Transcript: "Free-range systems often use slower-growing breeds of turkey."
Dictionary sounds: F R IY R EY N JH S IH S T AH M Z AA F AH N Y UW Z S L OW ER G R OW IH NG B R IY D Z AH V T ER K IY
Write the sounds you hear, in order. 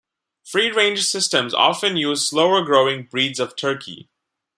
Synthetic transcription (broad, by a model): F R IY R EY N JH S IH S T AH M Z AA F AH N Y UW Z S L OW ER G R OW IH NG B R IY D Z AH V T ER K IY